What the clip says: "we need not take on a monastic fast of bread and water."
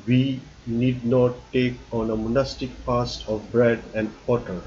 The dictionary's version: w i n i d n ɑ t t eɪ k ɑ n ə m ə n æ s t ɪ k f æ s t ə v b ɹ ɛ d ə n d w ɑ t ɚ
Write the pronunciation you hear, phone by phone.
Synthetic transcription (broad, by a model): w i n i d n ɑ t t eɪ k ɑ n ə m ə n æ s t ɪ k p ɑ s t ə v b ɹ ɛ d ə n d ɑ t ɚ